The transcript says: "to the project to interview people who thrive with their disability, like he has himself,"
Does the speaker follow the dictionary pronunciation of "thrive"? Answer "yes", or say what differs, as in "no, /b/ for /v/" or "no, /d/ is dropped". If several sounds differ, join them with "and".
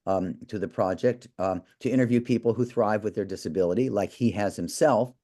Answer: yes